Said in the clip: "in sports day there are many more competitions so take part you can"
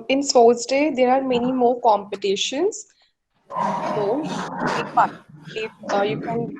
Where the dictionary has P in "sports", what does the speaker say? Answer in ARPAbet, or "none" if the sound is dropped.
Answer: none